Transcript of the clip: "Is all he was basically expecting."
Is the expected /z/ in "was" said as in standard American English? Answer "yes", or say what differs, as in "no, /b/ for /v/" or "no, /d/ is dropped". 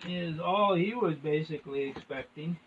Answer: yes